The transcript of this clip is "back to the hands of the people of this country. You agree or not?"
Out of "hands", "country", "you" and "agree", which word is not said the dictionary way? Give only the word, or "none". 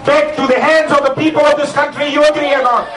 none